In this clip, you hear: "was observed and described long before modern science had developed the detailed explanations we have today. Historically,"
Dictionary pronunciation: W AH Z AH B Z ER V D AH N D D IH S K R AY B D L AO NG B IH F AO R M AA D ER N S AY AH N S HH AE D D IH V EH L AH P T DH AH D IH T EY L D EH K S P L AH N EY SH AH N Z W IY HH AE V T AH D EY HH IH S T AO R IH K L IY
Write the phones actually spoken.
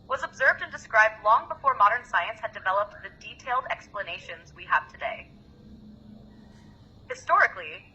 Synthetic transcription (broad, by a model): W AH Z AH B Z ER V D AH N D D IH S K R AY B D L AO NG B IH F AO R M AA D ER N S AY AH N S HH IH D D IH V EH L AH P T DH AH D IH T EY L D EH K S P L AH N EY SH AH N Z W IY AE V T AH D EY HH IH S T AO R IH K L IY